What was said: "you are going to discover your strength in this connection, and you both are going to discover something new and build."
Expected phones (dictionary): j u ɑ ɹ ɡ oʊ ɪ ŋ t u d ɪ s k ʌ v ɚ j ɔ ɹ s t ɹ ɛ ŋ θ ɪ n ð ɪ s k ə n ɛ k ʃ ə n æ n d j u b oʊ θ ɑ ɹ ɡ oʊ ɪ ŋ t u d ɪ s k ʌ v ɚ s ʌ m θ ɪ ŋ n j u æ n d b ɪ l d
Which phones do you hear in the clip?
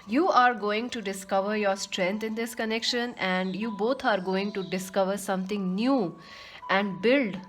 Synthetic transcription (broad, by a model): j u ɑ ɹ ɡ oʊ ɪ ŋ t u d ɪ s k ʌ v ɚ j ɔ ɹ s t ɹ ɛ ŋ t ɪ n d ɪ s k ə n ɛ k ʃ ə n æ n d j u b oʊ t ɑ ɹ ɡ oʊ ɪ ŋ t u d ɪ s k ʌ v ɚ s ʌ m t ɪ ŋ n j u æ n d b ɪ l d